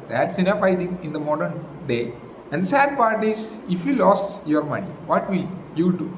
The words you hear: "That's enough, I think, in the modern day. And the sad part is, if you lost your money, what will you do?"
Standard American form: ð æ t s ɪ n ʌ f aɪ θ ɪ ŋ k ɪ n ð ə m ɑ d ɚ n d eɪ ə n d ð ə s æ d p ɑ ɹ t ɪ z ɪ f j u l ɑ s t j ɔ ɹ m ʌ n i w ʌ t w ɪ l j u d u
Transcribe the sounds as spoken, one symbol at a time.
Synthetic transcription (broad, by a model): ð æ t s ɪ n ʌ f aɪ t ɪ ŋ ɪ n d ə m ɑ d ɚ n d eɪ ə n d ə s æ d p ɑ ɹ t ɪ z ɪ f j u l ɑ s j ɔ ɹ m ʌ n i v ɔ t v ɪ l j u d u